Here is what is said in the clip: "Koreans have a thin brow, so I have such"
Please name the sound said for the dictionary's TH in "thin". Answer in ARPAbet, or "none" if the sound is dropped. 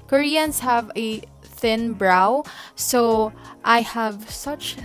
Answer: TH